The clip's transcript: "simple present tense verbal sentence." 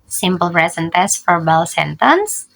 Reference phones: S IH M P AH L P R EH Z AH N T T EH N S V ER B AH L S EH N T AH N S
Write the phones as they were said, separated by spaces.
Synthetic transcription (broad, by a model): S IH M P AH L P R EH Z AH N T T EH S F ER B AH L S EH N T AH N S